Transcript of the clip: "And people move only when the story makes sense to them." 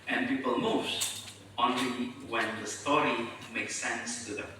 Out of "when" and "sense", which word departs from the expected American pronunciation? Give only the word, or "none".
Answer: none